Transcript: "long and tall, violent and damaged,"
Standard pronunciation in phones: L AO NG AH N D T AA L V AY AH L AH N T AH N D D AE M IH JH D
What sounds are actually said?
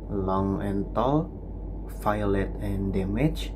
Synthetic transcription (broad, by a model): L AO NG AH N T AA L F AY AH L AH T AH N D D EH M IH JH